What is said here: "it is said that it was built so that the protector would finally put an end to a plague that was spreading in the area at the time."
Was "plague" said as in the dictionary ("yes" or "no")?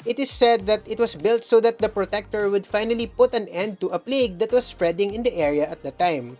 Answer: yes